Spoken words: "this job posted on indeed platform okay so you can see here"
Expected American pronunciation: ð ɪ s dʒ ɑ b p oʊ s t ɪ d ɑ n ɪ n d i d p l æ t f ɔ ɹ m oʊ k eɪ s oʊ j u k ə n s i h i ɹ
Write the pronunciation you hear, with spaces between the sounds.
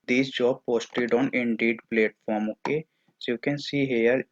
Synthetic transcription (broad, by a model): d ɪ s dʒ ɑ b p oʊ s t ɪ d ɑ n ɪ n d i d p l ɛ t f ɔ ɹ m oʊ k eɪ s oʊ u k ə n s i h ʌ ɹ